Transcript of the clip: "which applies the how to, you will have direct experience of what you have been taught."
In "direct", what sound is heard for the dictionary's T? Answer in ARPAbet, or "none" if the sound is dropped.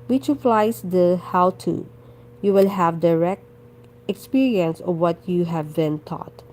T